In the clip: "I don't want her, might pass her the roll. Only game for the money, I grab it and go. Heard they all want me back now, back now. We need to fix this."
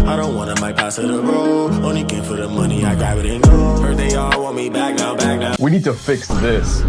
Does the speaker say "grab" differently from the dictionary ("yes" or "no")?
yes